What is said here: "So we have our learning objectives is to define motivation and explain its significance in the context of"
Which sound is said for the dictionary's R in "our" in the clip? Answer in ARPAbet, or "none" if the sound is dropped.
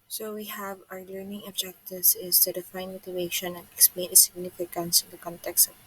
R